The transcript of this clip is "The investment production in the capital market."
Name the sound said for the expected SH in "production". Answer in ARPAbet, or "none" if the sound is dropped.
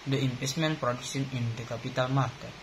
S